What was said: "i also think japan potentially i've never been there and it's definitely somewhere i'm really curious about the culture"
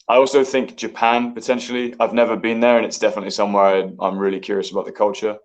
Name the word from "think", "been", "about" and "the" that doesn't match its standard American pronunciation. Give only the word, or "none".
none